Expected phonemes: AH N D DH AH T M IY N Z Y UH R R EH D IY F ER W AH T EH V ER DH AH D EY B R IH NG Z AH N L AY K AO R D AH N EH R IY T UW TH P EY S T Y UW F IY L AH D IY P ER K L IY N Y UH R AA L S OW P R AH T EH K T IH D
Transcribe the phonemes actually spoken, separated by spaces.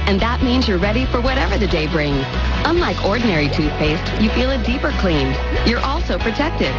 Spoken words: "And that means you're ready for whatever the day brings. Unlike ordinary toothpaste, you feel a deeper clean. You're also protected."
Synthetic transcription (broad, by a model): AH N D DH AH T M IY N Z Y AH R R EH D IY F ER W AH T EH V ER DH AH D EY B R IH NG Z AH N L AY K AO R D N EH R IY T UW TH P EY S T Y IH F IY L AH D IY P ER K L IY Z Y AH R AA L S OW P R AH T EH K T IH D